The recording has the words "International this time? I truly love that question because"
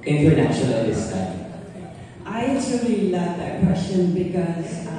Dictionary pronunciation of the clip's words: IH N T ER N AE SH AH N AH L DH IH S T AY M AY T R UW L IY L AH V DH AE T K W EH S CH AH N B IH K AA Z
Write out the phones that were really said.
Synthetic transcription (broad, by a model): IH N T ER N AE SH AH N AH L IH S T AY AY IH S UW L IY L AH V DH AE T K W EH S CH AH N B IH K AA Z